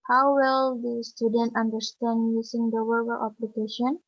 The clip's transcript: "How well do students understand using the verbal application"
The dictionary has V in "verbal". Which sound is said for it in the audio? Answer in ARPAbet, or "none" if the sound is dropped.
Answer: W